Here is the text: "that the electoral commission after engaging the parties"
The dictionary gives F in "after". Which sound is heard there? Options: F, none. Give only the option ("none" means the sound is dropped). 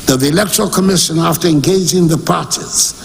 F